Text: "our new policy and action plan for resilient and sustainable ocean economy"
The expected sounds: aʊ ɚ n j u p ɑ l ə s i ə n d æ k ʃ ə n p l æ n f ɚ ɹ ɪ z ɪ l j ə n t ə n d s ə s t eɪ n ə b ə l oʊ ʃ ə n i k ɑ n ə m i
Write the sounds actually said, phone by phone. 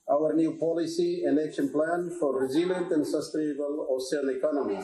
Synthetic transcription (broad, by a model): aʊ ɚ n j u p ɑ l ə s i ə n d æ k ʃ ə n p l æ n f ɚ ɹ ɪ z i l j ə n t ə n d s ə s t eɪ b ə l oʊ s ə l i k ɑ n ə m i